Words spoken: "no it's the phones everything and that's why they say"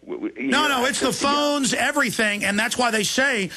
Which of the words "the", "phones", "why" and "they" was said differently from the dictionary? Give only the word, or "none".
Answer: none